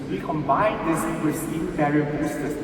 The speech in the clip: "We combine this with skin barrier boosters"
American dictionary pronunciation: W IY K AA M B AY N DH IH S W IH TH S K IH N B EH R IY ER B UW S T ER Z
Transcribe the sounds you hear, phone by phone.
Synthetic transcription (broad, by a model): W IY K AA M B AY N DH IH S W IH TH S IH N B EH R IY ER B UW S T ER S